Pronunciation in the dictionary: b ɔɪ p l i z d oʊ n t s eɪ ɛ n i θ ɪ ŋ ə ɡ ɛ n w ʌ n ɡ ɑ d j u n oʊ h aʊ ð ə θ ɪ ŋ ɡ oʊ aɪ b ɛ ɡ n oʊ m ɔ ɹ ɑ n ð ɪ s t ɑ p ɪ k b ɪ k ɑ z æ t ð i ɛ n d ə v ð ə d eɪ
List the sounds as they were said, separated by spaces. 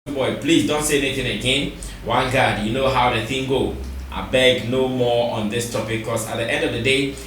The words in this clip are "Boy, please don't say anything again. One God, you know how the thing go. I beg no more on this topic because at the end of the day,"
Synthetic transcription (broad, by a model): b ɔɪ p l i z d oʊ n t s eɪ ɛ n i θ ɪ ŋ ə ɡ ɛ n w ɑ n ɡ ɑ d j u n oʊ h aʊ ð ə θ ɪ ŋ ɡ oʊ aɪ b ɛ ɡ n oʊ m ɔ ɑ n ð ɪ s t ɑ p ɪ k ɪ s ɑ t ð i ɛ n d ə v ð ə d eɪ